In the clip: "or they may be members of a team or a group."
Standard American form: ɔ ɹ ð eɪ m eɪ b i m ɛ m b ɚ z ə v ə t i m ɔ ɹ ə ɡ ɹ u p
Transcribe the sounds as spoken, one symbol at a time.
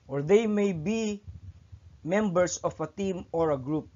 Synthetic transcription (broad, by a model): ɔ ɹ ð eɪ m eɪ b i m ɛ m b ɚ s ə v ə t i m ɔ ɹ ə ɡ ɹ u p